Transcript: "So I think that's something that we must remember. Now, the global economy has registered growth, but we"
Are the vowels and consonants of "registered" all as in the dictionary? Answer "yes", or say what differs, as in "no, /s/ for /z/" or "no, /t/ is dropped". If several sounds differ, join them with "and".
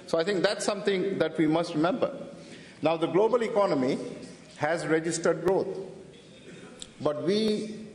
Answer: yes